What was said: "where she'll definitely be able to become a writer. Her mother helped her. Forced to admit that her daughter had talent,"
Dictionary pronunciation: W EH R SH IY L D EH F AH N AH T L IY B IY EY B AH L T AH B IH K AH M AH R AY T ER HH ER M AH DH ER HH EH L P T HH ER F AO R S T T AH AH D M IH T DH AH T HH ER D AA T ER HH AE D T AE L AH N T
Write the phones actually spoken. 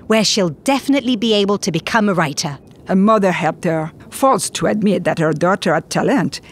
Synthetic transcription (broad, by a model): W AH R SH IY L D EH F AH N AH T L IY B IY EY B AH L T AH B IH K AH M AH R AY T ER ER M AH DH ER HH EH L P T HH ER F AO L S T T AH AH D M IH T DH AH T HH ER D AA T ER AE T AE L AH N T